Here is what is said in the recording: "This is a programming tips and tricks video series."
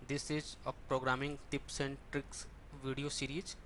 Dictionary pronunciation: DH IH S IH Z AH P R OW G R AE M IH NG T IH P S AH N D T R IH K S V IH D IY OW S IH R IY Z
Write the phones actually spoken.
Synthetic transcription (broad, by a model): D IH S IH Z AH P R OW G R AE M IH NG T IH P S AH N D T R IH K S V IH D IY OW S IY R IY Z